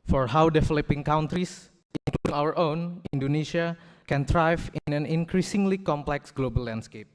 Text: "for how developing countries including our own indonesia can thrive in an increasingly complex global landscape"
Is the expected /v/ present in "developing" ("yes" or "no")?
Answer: no